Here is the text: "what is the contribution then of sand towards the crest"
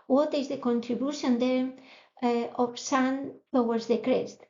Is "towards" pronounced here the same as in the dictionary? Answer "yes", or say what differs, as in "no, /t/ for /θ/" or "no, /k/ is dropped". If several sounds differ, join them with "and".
no, /w/ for /ɹ/